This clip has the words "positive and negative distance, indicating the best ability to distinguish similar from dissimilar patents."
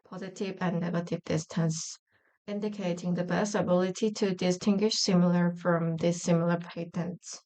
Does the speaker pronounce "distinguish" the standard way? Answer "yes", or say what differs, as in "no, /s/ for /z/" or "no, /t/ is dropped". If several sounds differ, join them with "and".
yes